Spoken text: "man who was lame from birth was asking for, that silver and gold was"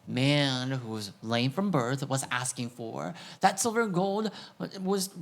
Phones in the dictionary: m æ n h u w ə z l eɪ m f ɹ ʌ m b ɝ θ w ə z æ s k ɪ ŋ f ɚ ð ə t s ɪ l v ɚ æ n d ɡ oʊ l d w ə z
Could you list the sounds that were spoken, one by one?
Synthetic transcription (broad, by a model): m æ n h u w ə z l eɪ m f ɹ ʌ m b ɝ θ w ə z æ s k ɪ ŋ f ɚ ð ə t s ɪ l v ɚ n ɡ oʊ l d w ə z